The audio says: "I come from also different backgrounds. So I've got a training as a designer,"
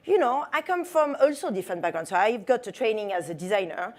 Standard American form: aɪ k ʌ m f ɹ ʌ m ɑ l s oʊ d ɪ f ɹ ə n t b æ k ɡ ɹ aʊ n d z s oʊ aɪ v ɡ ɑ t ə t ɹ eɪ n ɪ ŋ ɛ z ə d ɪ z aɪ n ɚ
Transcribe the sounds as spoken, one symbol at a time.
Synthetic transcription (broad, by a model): aɪ k ʌ m f ɹ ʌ m ɑ l s oʊ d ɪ f ə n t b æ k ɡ aʊ n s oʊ aɪ v ɡ ɑ t ə t ɹ eɪ n ɪ ŋ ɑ z ə d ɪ z aɪ n ɚ